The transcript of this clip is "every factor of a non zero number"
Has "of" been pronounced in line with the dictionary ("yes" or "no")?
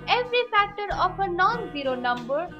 no